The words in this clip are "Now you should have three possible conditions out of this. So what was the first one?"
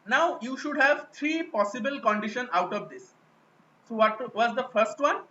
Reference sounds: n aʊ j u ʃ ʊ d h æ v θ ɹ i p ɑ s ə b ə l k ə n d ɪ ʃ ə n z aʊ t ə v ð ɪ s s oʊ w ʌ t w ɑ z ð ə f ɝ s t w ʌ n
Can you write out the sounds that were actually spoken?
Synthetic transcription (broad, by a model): n aʊ j u ʃ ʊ d h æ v t ɹ i p ɑ s ə b ə l k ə n d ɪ ʃ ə n aʊ t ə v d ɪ s s oʊ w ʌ t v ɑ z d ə f ɝ s t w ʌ n